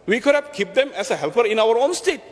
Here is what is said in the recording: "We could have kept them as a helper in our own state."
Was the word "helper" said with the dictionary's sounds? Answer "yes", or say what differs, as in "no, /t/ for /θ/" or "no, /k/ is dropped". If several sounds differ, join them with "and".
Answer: no, /f/ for /p/